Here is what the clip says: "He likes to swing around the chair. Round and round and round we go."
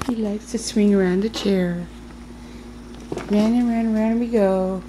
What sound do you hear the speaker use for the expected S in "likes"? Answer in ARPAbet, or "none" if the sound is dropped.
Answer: S